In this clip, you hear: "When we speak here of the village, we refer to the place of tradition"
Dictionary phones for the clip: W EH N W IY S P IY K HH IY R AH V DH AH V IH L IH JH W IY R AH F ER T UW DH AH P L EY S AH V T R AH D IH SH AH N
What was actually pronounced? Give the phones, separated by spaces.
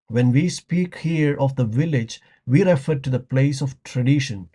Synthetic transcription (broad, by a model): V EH N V IY S P IY K HH IY R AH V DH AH V IH L IH JH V IY R AH F ER T UW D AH P L EY S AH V T R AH D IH SH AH N